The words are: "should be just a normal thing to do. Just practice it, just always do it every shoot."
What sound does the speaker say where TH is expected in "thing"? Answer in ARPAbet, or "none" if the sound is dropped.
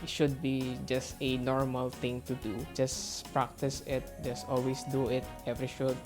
T